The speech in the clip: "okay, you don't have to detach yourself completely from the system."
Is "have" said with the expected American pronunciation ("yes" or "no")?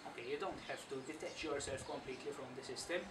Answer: no